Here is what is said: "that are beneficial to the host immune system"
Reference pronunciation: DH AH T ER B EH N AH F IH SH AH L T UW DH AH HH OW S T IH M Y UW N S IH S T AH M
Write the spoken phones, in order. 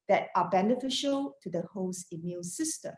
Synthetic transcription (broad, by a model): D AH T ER B EH N AH F IH SH AH L T UW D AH HH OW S IH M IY L S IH S T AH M